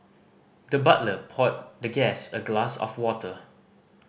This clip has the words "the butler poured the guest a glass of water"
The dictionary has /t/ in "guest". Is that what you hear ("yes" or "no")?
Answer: no